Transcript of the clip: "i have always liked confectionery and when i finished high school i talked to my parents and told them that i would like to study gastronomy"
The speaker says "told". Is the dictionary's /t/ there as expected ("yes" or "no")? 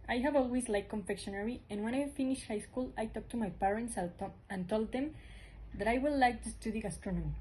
yes